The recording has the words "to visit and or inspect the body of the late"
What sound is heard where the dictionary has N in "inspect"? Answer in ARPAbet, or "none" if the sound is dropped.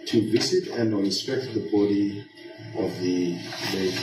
none